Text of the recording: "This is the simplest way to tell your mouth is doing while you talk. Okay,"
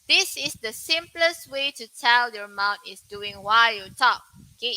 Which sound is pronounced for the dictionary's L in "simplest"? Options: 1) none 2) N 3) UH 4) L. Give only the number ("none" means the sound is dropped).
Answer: 4